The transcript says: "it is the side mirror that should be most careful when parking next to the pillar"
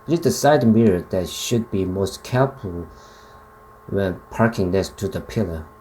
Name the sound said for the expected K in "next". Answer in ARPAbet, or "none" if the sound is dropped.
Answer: none